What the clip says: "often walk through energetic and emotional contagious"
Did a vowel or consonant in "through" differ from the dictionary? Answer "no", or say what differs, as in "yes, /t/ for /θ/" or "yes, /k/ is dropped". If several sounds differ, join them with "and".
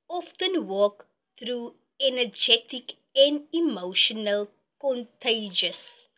yes, /t/ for /θ/